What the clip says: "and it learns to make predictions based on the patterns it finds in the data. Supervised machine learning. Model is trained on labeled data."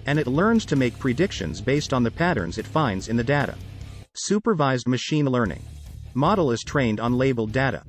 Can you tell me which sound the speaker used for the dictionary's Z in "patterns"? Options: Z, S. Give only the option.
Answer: Z